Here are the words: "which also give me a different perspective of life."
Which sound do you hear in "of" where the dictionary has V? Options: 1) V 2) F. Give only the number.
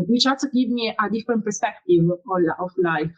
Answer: 2